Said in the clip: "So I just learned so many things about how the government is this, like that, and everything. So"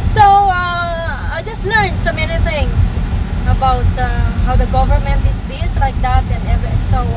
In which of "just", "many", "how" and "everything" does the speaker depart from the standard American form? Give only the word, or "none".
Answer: everything